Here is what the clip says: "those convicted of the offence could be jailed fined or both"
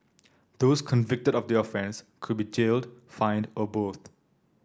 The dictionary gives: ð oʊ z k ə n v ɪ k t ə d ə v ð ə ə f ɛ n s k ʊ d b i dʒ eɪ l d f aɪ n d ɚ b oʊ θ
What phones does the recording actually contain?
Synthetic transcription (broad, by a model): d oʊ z k ə n v ɪ k t ə d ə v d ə ə f ɛ n s k ʊ d b i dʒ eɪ l d f aɪ n d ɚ b oʊ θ